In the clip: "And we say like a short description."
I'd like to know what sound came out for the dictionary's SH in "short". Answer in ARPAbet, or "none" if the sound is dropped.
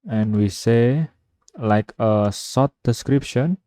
S